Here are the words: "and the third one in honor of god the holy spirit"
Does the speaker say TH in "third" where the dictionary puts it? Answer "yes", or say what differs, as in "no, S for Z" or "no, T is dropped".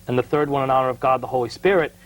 yes